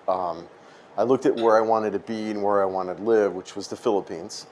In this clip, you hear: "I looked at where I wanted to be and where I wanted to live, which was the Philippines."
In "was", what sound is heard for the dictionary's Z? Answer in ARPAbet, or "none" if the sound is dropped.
Z